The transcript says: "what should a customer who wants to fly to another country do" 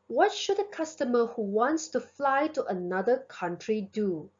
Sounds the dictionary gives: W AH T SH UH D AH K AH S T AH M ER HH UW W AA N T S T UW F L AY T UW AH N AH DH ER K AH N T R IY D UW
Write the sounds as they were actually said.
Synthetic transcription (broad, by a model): W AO T SH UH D AH K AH S T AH M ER HH UW W AA N T S T UW F L AY T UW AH N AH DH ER K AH N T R IY D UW